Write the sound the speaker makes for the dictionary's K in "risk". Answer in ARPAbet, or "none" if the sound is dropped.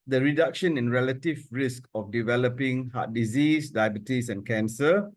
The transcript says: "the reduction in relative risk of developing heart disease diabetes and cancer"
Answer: K